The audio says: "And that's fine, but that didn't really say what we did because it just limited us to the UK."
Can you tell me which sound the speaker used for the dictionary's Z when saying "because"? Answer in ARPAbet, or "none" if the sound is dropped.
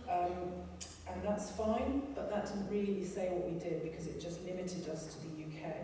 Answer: Z